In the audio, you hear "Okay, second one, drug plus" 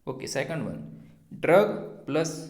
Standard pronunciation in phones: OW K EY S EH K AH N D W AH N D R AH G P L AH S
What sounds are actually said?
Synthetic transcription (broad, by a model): OW K EY S EH K AH N D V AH N D R AH G P L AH S